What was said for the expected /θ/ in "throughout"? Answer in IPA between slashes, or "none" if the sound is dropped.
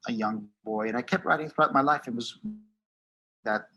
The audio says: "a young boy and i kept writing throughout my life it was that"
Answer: /θ/